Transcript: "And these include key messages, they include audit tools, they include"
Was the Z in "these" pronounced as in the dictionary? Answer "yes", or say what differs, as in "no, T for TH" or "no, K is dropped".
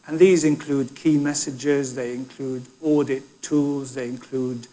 yes